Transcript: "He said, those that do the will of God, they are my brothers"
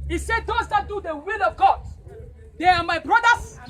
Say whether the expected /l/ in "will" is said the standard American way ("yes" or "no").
yes